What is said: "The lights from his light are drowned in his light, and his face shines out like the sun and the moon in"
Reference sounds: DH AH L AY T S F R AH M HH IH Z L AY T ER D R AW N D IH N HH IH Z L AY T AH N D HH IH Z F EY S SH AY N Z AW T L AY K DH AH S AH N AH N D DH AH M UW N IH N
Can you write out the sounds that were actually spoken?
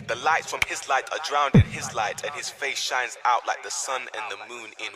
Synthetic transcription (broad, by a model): DH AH L AY T F R AH M IH Z L AY T ER D R AW N D IH N IH Z L AY T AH N IH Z F EY S SH AY N Z AW T L AY K DH AH S AH N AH N DH AH M UW N IH N